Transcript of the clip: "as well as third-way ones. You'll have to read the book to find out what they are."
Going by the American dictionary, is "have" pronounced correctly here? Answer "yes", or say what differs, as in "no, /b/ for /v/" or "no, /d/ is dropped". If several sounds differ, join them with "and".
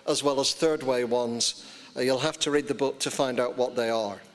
no, /f/ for /v/